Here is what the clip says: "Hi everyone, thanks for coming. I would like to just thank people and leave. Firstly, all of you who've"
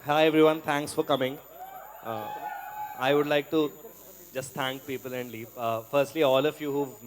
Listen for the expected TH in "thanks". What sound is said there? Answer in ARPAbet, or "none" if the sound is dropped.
T